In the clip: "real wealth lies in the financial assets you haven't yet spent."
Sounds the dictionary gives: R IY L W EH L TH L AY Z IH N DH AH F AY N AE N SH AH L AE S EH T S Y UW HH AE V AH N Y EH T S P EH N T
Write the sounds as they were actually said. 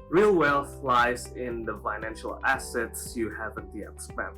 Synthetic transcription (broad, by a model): R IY L W EH L F L AY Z IH N DH AH F AY N AE N SH AH L AE S EH T S Y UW HH AE V AH N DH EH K S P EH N